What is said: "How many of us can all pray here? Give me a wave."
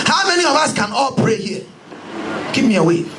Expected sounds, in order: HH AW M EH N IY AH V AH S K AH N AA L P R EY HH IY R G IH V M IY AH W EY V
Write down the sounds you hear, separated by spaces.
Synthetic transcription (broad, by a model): HH AW M EH N IY AH V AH S K AH N AA L P R EY HH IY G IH P M IY AH W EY